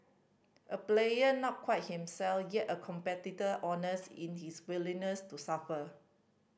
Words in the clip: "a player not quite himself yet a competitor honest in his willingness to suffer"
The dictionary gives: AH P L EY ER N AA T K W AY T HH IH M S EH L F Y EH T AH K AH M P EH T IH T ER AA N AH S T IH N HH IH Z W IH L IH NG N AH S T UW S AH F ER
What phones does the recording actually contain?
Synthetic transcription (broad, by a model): AH P L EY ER N AA T K W AY T HH IH M S EH L F Y EH T AH K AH M P EH T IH T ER AA N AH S IH N HH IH S W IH L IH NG N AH S T UW S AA F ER